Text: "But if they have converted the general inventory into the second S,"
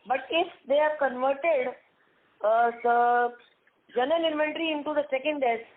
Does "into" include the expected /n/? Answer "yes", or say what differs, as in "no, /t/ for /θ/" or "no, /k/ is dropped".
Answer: yes